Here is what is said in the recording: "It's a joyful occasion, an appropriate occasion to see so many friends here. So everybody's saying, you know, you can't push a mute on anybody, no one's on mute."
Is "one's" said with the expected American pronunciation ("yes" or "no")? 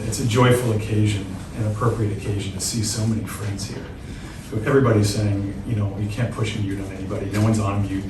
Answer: yes